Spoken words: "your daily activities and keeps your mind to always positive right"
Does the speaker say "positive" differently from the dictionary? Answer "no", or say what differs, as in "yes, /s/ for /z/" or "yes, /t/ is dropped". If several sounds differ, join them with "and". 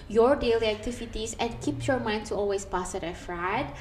yes, /s/ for /z/ and /f/ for /v/